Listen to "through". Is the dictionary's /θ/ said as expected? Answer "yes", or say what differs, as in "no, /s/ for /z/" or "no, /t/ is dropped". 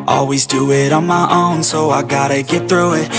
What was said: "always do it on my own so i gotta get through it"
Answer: yes